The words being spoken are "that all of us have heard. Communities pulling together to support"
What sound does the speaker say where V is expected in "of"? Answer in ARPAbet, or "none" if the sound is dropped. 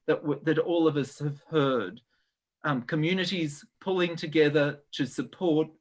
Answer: V